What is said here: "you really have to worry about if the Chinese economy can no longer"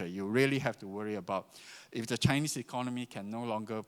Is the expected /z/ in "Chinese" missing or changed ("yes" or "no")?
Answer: yes